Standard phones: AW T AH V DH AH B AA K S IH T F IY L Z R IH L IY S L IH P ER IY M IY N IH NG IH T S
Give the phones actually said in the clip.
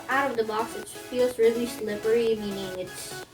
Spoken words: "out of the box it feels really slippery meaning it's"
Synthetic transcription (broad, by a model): AW T AH V DH AH B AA S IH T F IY L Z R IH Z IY S L IH P ER IY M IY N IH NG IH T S